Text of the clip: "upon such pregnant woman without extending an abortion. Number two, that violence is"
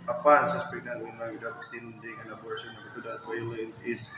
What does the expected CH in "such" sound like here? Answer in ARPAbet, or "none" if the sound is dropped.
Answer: S